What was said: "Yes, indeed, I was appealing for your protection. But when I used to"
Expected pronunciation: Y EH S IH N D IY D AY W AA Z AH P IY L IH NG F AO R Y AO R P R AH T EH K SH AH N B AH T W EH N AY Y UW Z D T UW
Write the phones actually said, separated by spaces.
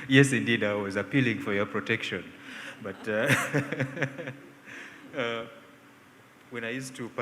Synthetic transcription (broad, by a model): Y EH S IH N D IY D AY W AA Z AH P IY L IH NG F AO R Y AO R P R AH T EH K SH AH N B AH T W EH N AY Y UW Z T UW